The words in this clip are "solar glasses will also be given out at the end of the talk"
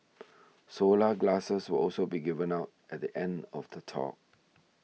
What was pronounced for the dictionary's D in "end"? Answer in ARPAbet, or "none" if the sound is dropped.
D